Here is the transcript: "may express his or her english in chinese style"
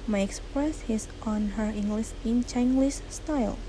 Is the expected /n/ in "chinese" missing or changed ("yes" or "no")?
yes